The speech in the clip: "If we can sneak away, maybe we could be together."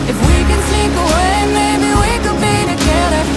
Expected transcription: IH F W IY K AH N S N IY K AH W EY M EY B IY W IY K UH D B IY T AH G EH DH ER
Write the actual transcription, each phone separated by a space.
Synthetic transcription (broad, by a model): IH F W IY K AH N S IY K AH W EY M EY B IY W IY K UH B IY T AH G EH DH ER